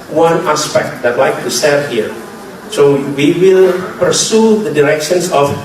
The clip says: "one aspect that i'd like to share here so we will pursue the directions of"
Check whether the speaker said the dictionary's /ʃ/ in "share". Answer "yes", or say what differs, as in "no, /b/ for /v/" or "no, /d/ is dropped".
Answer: no, /s/ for /ʃ/